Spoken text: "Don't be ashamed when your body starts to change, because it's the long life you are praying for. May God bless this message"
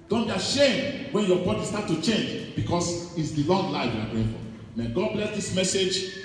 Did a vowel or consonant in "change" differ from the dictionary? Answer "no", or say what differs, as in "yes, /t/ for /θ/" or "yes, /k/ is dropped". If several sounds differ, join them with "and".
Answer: no